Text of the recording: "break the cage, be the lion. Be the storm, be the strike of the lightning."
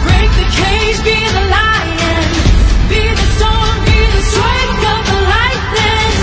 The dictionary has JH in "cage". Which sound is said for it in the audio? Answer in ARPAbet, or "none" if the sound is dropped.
Z